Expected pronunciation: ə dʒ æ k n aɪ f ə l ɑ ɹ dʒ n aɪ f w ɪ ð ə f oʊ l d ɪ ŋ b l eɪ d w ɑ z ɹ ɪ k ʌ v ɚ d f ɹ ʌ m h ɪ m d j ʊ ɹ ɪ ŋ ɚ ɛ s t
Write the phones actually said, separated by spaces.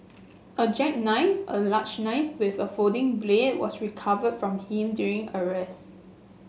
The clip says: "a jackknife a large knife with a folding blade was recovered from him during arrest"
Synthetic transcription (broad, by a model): ə dʒ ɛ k n aɪ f ə l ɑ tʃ n aɪ f w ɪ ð ə f oʊ d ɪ ŋ b l eɪ d w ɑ s ɹ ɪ k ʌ v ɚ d f ɹ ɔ m h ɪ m d j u ɹ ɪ ŋ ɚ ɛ s